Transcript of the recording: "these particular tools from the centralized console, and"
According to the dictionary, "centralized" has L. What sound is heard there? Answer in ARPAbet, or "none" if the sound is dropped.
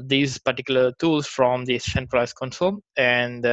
none